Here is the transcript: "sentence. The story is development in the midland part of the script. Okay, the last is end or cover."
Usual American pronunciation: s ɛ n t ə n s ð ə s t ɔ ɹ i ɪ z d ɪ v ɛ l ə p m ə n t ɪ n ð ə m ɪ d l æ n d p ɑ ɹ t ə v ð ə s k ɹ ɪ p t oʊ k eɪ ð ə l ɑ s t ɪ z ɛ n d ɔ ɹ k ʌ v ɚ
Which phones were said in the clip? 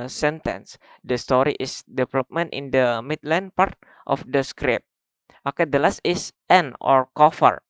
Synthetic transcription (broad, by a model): s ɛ n t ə n s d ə s t ɔ ɹ i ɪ s d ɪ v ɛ l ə p m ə n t ɪ n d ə m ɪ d l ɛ n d p ɑ ɹ t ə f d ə s k ɹ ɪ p t oʊ k eɪ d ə l ɑ s t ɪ s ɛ n ɔ ɹ k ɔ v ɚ